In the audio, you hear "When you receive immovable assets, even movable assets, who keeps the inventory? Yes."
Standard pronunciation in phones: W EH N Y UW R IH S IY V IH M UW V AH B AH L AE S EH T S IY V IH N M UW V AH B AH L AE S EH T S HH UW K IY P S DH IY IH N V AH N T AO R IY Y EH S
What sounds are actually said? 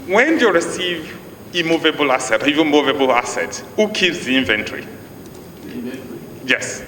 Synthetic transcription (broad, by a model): W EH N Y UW R IH S IY V IH M UW V AH B AH L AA S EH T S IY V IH M UW V AH B AH L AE S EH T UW K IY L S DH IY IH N V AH N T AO R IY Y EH S